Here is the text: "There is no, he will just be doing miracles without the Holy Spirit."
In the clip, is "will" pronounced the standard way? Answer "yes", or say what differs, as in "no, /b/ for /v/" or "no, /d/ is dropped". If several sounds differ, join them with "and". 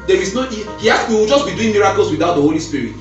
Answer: no, /w/ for /l/